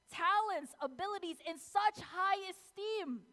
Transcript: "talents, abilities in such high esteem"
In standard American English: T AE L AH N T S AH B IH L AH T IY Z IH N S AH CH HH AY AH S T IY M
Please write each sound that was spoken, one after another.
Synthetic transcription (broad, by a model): T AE L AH N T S AH B IH L AH T IY Z IH N S AH CH HH AY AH S T IY M